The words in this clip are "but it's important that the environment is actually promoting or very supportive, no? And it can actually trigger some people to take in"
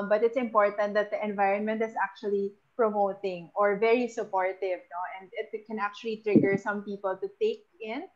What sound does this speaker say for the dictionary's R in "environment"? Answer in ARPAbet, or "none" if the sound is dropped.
R